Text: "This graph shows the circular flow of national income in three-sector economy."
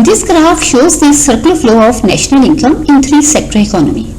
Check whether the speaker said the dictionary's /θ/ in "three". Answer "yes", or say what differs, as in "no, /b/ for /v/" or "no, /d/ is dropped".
no, /t/ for /θ/